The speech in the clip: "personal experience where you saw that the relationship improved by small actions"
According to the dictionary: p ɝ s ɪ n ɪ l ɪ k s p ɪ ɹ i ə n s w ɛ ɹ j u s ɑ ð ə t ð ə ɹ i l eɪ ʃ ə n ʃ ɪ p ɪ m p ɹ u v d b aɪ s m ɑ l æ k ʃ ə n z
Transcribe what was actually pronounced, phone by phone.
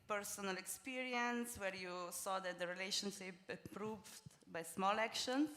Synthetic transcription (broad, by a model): p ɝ s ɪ n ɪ l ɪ k s p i ɹ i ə n s w ɛ ɹ j u s ɑ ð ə t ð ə ɹ i l eɪ ʃ ə n ʃ ɪ p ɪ p ɹ u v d b aɪ s m ɑ l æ k ʃ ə n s